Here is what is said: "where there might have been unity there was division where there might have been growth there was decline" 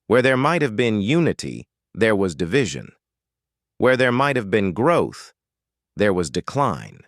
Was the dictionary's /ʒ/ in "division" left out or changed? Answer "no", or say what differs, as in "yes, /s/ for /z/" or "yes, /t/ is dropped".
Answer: no